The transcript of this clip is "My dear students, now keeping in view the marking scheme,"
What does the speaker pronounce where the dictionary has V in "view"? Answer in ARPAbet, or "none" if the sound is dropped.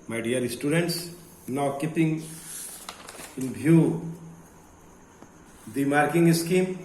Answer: B